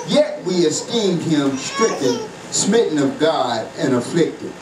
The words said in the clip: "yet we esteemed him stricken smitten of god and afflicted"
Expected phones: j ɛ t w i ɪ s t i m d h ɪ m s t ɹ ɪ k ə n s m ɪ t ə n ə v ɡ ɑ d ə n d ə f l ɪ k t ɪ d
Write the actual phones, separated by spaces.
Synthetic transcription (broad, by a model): j ɛ t w i ɪ s t i m d h ɪ m s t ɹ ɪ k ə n s m ɪ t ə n ə v ɡ ɑ d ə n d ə f l ɪ k t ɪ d